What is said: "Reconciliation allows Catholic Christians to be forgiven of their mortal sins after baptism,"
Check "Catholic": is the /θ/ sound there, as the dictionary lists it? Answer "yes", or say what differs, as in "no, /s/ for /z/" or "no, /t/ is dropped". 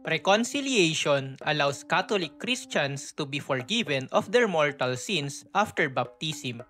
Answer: no, /t/ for /θ/